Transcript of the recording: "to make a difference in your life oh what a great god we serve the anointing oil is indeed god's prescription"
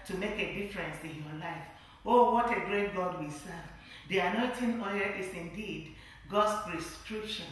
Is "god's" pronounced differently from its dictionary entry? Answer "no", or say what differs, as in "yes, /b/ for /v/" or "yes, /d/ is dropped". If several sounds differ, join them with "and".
yes, /s/ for /z/